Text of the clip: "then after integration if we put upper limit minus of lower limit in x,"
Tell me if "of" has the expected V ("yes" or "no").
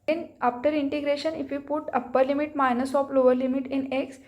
no